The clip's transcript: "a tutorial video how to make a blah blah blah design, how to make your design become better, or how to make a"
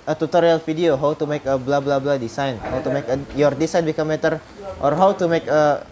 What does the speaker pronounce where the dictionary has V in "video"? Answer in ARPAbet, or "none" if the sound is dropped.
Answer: F